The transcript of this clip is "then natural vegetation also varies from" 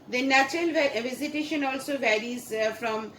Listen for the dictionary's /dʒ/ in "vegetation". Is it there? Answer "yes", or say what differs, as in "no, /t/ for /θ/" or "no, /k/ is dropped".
no, /z/ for /dʒ/